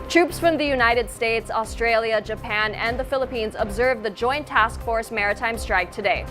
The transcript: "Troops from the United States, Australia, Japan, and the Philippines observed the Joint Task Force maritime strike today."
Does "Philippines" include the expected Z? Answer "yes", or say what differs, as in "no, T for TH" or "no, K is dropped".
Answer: yes